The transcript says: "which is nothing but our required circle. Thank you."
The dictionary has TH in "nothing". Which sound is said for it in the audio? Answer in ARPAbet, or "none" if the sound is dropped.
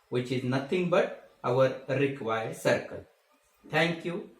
T